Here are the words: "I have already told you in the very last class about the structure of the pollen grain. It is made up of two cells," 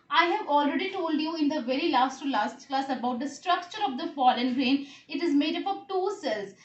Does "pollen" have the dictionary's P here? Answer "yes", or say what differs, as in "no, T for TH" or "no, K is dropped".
no, F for P